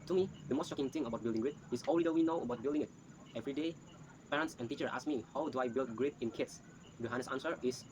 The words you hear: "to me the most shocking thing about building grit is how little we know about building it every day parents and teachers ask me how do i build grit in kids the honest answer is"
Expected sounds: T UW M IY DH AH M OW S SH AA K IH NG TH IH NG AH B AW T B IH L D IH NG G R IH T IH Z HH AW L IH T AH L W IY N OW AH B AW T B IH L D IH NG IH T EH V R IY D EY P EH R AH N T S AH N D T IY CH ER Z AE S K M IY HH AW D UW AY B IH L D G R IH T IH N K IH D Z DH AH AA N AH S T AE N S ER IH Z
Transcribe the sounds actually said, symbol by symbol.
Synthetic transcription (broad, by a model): T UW M IY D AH M OW S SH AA K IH NG T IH NG AH B AW T B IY L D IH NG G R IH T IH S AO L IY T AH W IY N OW AH B AW T B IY L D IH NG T EH V R IY D EY P EH R AH N T S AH N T IY CH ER AA S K M IY HH AW D UW AY B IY L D G R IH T IH N K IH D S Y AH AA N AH S AA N S ER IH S